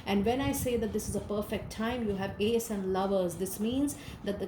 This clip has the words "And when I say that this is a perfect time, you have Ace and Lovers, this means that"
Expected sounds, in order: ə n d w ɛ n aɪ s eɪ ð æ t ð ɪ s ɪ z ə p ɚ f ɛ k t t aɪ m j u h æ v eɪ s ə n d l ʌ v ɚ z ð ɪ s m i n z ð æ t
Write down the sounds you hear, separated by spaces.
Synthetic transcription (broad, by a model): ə n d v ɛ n aɪ s eɪ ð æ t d ɪ s ɪ z ə p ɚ f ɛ k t t aɪ m j u h æ v eɪ s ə n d l ʌ v ɚ z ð ɪ s m i n z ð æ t